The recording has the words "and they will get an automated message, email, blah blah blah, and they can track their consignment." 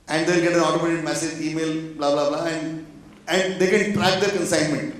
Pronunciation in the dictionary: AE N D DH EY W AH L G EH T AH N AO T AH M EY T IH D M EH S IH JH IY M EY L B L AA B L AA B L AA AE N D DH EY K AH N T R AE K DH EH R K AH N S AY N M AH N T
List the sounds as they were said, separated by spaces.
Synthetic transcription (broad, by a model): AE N D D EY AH N G EH T AH N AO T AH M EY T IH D M EH S IH JH IY M EY L B L AA B L AA B L AA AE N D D EY K AH N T R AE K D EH R K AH N S AY N M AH N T